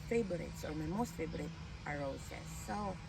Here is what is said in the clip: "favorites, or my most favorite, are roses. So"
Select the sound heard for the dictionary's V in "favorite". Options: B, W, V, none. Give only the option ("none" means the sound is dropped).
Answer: B